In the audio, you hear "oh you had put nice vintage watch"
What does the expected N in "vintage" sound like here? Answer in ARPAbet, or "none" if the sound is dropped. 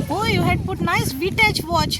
none